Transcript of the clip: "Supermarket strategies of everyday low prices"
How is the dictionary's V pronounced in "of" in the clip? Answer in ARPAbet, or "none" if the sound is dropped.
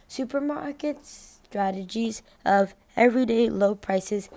V